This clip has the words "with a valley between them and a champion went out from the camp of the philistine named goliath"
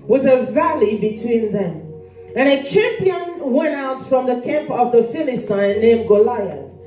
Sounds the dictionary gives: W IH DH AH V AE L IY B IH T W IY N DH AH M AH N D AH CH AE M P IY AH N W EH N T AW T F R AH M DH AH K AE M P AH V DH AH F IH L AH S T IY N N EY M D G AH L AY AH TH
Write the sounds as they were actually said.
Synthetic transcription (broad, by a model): W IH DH AH V AE L IY B IH T W IY N DH AH M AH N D AH CH AE M P IY AH N W EH N T AW T F R AH M DH AH K AE M P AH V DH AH F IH L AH S T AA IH N EY M G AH L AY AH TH